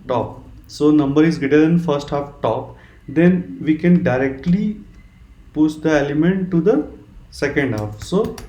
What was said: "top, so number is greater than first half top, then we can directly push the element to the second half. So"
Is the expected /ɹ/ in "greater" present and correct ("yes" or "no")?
no